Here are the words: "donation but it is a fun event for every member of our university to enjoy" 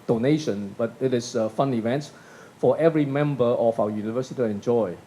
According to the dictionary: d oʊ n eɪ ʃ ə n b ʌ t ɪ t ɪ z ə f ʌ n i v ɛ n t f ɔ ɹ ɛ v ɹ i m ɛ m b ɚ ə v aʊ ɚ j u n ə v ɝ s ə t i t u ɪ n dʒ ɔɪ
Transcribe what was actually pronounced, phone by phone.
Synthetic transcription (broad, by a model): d oʊ n eɪ ʃ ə n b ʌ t ɪ t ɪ s ə f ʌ n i v ɛ n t f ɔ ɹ ɛ v ɹ i m ɛ m b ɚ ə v aʊ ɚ j u n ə v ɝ s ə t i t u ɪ n dʒ ɔɪ